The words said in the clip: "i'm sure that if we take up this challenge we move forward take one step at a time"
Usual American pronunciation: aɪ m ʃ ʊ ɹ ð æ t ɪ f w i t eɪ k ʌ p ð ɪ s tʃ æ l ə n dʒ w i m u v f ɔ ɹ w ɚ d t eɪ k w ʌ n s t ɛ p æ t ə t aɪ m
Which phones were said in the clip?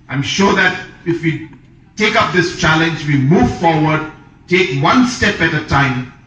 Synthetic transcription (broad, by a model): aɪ m ʃ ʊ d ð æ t ɪ f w i t eɪ k ʌ p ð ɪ s tʃ æ l ə n dʒ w i m u v f ɔ ɹ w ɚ d t eɪ k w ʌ n s t ɛ p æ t ə t aɪ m